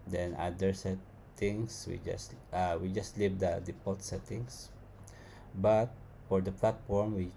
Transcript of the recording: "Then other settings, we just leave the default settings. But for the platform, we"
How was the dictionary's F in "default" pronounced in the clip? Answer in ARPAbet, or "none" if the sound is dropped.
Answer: P